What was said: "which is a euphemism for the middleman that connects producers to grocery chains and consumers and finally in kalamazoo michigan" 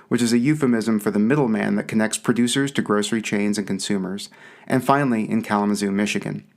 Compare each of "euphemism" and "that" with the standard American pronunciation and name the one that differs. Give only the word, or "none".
none